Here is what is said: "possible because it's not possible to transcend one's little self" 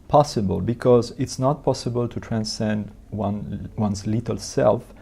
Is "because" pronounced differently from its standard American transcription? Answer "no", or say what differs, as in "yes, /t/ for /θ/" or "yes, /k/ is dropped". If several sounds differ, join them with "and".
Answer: no